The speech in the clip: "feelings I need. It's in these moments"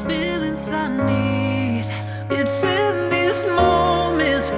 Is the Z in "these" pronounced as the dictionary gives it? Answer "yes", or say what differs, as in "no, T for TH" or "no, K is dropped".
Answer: no, S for Z